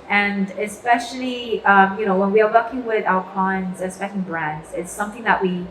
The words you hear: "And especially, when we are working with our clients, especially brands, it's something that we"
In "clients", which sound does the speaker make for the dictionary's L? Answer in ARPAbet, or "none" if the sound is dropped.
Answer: none